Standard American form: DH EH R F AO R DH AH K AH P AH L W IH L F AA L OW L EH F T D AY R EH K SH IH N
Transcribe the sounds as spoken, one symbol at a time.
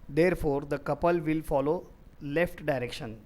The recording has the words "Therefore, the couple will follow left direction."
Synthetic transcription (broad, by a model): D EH R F AO R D AH K AH P AH L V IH L F AA L OW L EH F T D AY R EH K SH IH N